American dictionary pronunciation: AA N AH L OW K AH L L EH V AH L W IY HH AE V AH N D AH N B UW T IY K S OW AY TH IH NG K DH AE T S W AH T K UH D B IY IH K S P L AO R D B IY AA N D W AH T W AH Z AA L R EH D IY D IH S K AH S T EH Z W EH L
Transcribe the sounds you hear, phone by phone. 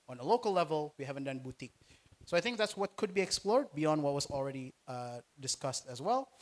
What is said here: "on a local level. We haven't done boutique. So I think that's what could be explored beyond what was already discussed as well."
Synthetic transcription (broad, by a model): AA N AH L OW K AH L L EH V AH L W IY HH AE V AH N D AH N B UW T IY K S OW AY TH IH NG K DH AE T S W AH T K UH D B IY IH K S P L AO R D B IY AA N D W AH T W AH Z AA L R EH D IY D IH S K AH S T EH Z W EH L